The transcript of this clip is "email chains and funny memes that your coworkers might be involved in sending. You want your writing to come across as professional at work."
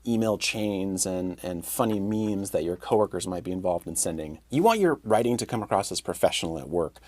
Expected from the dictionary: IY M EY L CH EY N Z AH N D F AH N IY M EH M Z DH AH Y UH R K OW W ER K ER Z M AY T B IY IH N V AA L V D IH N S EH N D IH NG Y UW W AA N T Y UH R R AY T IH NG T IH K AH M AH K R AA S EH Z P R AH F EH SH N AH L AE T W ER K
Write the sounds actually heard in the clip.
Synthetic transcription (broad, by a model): IY M EY L CH EY N Z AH N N F AH N IY M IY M Z DH AH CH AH R K OW W ER K ER Z M AY T B IY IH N V AA L V D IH N S EH N D IH NG Y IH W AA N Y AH R R AY T IH NG T IH K AH M AH K R AA S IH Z P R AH F EH SH N L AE T W ER K